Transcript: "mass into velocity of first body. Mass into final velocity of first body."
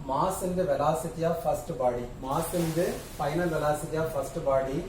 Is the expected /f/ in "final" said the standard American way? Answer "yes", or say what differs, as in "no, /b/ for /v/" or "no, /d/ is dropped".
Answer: no, /p/ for /f/